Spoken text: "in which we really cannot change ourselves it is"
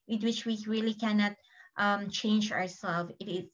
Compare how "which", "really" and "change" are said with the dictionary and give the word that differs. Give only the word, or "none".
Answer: none